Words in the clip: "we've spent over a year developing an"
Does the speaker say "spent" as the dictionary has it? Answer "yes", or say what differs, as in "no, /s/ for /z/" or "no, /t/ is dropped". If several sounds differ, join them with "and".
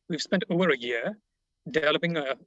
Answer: yes